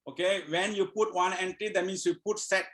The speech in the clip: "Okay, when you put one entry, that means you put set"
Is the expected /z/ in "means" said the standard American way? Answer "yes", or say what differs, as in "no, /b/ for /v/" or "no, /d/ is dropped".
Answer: no, /s/ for /z/